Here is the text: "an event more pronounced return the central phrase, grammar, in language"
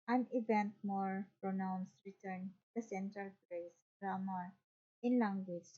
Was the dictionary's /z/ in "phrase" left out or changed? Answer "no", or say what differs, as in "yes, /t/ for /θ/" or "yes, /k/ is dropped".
yes, /s/ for /z/